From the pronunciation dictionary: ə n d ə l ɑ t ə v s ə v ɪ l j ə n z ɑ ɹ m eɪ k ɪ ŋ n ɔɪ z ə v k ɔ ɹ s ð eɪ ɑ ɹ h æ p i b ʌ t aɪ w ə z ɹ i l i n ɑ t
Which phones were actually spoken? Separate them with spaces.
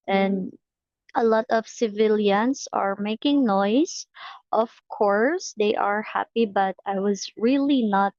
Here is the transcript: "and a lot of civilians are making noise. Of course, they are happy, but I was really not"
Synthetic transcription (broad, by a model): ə n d ə l ɑ t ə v s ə v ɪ l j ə n s ɑ ɹ m eɪ k ɪ ŋ n ɔɪ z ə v k ɔ ɹ s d eɪ ɑ ɹ h æ p i b ʌ t aɪ w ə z ɹ i l i n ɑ t